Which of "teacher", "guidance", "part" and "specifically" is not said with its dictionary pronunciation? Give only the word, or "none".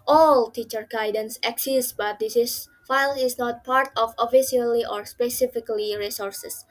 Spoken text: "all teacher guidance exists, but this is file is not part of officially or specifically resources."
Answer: none